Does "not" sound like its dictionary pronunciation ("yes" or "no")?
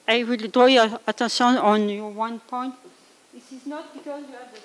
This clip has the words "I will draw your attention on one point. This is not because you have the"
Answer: yes